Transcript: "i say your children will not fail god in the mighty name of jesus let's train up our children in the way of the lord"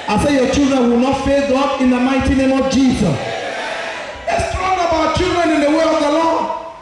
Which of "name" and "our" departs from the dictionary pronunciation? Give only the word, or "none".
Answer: our